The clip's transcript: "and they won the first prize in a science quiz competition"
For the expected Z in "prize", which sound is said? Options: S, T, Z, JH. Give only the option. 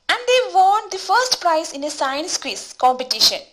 S